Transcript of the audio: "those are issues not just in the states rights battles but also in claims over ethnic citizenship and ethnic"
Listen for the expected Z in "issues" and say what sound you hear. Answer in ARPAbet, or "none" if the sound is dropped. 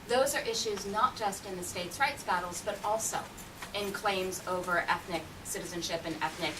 Z